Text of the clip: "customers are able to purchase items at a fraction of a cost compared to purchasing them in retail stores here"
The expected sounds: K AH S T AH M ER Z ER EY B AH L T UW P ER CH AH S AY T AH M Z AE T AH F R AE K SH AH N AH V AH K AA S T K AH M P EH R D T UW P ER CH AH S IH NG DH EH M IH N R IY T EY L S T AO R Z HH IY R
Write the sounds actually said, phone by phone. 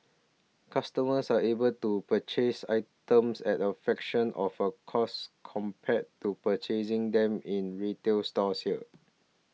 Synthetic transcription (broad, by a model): K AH S T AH M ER S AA EY B AH L T UW P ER CH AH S AY T AH M S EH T AH F EH K SH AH N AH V AH K AA S K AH M P EH T UW P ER CH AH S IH NG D EH M IH N R IY T EY L S T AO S HH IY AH